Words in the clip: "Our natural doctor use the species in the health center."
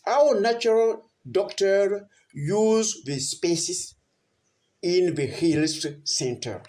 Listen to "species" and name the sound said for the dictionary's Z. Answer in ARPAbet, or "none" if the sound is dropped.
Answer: S